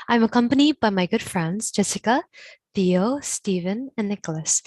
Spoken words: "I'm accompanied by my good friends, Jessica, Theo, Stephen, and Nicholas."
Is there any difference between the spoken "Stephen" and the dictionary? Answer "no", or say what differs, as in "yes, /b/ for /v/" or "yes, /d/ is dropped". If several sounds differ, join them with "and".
no